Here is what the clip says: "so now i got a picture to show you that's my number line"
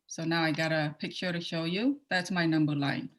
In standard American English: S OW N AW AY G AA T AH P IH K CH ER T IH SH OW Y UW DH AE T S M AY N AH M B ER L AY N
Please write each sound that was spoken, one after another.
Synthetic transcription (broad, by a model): S OW N AW AY G AA T AH P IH K SH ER T IH SH OW Y UW DH AE T S M AY N AH M B ER L AY N